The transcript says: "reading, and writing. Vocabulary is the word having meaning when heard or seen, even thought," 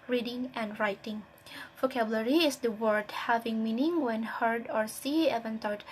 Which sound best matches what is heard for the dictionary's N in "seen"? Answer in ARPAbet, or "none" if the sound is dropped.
none